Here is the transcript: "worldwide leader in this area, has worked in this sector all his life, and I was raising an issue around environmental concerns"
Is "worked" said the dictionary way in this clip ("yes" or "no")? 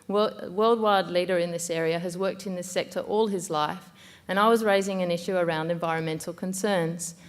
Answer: yes